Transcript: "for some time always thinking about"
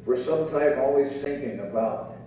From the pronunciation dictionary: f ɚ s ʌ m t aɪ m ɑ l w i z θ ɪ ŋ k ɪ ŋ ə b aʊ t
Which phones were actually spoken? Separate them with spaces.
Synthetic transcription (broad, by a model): f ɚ s ʌ m t aɪ m ɑ l w i z θ ɪ ŋ k ɪ ŋ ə b aʊ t